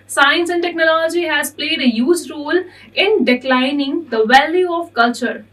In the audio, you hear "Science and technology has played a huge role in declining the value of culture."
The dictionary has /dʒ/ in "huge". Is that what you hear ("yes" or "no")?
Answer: no